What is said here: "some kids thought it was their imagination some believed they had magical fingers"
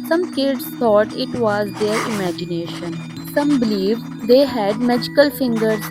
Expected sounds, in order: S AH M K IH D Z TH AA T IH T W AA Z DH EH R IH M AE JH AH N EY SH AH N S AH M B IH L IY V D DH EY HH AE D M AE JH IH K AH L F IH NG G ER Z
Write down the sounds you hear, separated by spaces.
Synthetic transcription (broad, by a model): S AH M K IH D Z T AA T IH T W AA Z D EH R IH M AE JH AH N EY SH AH N S AH M B IH L IY V D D EY HH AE D M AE JH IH K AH L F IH NG G ER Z